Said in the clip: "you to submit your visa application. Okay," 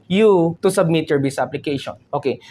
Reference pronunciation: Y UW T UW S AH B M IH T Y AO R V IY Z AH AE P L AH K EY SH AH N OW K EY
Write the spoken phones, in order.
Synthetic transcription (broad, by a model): Y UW T UW S AH B M IH T Y AO R B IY S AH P L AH K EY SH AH N OW K EY